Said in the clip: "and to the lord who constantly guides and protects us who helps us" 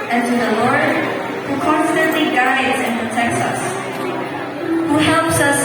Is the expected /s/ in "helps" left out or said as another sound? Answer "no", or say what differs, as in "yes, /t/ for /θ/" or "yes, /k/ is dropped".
no